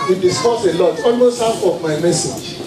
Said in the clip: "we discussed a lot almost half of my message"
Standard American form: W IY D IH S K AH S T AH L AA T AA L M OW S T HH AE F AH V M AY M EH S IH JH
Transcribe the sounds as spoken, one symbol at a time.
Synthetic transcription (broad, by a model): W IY D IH S K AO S AH L AA T AA L M OW S T HH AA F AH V M AY M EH S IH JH